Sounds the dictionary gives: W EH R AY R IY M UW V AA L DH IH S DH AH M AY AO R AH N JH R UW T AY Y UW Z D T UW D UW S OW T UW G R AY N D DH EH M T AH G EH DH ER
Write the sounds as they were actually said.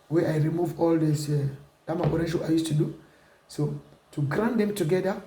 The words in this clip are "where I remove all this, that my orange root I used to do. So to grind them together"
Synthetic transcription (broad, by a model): W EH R AY R IY M UW V AA L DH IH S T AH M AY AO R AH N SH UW AY Y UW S T UW D UW S OW T UW G R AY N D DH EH M T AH G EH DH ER